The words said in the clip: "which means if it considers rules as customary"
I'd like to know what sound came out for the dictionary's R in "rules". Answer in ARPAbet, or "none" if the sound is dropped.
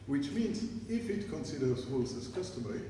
W